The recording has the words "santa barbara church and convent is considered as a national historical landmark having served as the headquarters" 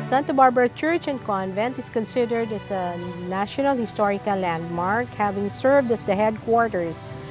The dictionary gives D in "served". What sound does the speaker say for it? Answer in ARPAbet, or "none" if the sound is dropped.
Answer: D